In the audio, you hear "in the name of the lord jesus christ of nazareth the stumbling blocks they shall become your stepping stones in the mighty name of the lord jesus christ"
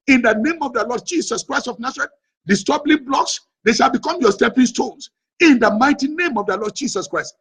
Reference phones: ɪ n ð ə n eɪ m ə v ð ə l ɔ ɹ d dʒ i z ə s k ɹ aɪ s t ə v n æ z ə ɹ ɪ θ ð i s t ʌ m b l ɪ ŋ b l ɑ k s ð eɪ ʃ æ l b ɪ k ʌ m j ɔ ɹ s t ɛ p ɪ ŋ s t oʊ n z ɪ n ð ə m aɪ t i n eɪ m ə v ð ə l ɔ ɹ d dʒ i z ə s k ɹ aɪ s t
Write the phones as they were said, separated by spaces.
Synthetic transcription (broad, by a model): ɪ n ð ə n eɪ m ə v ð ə l ɔ d dʒ i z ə s k ɹ aɪ s t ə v n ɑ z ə ɹ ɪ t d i s t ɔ b l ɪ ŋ b l ɑ k s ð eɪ ʃ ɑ l b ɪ k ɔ m j ɔ s t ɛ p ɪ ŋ s t oʊ n s ɪ n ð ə m aɪ t i n eɪ m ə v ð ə l ɔ d dʒ i s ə s k ɹ aɪ s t